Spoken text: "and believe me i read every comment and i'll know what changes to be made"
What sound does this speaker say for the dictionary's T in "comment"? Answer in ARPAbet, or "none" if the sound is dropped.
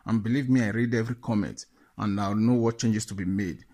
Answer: T